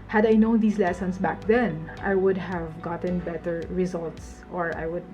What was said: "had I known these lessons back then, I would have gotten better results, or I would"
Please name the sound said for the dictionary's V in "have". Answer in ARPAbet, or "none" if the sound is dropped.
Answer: V